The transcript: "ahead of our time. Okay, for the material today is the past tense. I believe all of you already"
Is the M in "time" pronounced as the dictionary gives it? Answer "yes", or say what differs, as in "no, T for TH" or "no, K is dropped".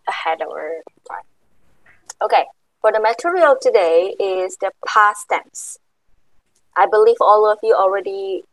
no, M is dropped